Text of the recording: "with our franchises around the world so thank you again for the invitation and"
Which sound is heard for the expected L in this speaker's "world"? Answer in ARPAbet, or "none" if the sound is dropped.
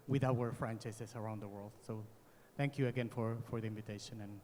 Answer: L